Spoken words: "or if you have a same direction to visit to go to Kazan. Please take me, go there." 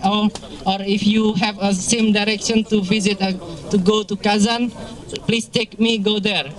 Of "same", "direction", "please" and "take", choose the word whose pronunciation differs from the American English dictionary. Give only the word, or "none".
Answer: please